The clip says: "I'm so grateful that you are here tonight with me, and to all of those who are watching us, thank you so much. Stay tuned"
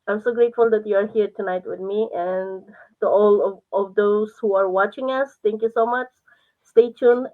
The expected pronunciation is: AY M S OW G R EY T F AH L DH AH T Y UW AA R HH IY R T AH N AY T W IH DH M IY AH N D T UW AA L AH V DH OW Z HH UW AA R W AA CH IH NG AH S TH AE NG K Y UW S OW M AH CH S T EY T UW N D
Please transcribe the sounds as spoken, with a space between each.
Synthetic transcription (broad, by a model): AY M S OW G R EY T F AH L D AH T Y UW AA R HH IY R T AH N AY T W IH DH M IY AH N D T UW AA L AH V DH OW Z HH UW AA R W AA CH IH NG AH S T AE NG K Y UW S OW M AH CH S T EY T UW N